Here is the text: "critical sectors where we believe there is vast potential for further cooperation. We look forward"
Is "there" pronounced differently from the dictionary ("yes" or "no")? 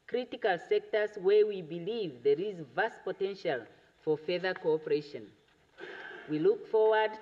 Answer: no